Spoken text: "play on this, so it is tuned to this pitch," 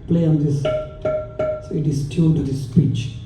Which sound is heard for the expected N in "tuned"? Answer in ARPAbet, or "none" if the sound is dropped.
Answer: L